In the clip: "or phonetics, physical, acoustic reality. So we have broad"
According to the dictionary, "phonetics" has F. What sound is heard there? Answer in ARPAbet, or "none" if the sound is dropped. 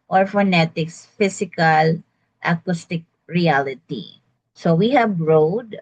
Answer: F